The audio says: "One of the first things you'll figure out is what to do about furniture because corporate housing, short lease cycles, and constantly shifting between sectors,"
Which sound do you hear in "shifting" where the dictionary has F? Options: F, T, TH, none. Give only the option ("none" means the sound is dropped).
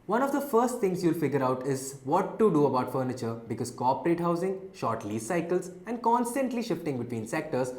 F